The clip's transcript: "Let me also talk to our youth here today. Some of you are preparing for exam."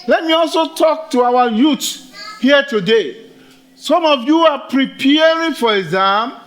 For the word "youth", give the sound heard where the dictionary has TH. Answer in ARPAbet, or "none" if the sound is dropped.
T